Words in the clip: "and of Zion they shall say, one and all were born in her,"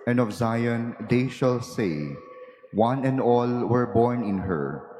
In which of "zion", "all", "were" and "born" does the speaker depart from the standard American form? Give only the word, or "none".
none